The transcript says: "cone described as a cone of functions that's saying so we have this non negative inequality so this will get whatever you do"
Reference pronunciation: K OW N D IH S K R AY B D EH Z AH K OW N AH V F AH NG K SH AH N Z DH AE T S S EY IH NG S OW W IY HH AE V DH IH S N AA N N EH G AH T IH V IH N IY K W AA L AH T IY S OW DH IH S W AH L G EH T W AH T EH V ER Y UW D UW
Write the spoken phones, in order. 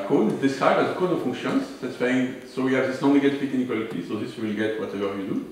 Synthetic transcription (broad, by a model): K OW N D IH S K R AY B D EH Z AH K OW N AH F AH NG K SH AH N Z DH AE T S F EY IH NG S OW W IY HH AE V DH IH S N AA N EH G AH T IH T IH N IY K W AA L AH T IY S OW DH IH S W AH L G EH T W AH T EH V ER Y UW D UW